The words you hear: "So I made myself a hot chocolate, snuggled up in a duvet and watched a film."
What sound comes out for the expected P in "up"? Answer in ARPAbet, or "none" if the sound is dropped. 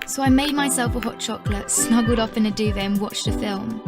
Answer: F